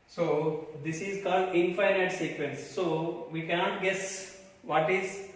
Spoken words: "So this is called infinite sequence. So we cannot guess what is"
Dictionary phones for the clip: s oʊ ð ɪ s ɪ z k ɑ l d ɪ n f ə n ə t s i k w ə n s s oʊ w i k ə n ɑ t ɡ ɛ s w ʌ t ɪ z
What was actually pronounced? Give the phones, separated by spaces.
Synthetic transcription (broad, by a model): s oʊ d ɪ s ɪ z k ɑ l d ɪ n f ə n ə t s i k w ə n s s oʊ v i k ə n ɑ t ɡ ɛ s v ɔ t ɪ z